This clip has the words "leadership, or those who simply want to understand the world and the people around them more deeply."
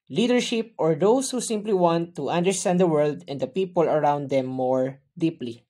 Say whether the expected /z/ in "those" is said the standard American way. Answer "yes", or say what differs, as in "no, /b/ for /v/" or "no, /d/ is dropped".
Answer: no, /s/ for /z/